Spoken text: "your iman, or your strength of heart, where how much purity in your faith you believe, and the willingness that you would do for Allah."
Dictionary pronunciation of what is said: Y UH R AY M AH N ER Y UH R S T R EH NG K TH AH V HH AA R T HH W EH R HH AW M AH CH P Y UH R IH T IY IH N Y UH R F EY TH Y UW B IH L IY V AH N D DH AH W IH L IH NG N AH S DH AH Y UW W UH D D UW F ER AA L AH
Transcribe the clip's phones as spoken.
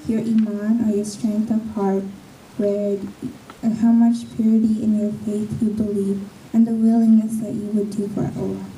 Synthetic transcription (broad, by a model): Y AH R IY M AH N ER Y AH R S T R EH NG K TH AH V HH AA R T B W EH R HH AW M AH CH P Y UH R IH T IY IH N Y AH R F EY TH Y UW B IH L IY V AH N DH AH W IH L IH NG N AH S DH AH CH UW W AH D D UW F ER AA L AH